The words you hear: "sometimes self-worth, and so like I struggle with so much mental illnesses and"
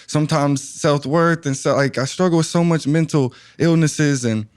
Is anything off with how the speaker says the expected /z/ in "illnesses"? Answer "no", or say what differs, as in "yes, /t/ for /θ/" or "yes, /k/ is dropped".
no